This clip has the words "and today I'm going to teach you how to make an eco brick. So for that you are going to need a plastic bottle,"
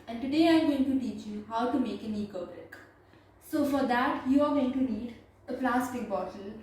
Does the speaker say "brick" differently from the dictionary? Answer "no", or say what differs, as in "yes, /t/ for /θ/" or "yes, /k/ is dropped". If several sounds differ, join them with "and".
yes, /ɹ/ is dropped